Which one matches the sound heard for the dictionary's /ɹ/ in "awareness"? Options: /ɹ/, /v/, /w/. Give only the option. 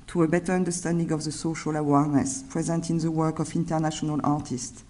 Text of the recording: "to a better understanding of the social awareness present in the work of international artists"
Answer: /ɹ/